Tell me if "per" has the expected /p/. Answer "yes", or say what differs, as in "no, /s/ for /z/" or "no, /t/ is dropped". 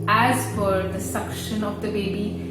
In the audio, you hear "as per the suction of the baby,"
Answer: no, /f/ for /p/